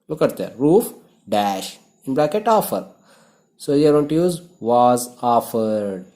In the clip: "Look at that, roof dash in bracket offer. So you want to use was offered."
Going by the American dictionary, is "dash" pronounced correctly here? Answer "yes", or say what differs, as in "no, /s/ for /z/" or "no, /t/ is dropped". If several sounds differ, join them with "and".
yes